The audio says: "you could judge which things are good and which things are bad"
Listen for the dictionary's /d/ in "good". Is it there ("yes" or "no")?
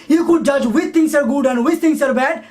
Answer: yes